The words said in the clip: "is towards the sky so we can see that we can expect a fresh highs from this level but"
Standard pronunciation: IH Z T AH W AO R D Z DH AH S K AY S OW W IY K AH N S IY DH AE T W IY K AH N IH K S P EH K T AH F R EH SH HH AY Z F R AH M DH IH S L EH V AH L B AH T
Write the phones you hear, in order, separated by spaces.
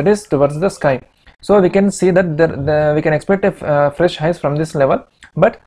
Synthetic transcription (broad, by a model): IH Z T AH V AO R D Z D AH S K AY S OW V IY K AH N S IY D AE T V IY K AH N IH K S P EH K T AH F R EH SH HH AY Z F R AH M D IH S L EH V AH L B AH T